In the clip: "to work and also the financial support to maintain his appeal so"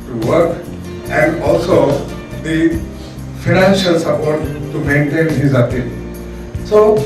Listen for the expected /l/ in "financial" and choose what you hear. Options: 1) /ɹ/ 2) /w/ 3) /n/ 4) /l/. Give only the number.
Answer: 4